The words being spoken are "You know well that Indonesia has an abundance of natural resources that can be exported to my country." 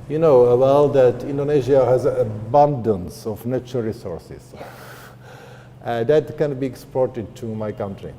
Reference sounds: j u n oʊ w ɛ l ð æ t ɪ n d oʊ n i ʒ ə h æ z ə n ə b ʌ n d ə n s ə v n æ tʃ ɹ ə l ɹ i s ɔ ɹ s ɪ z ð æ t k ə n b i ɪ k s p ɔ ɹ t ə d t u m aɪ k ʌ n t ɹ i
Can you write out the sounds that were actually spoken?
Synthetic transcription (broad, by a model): j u n oʊ w ɛ l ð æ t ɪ n d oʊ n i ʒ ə h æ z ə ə b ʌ n d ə n s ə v n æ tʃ ə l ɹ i s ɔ ɹ s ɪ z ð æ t k ə n b i ɪ k s p ɔ ɹ t ə d t u m aɪ k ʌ n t ɹ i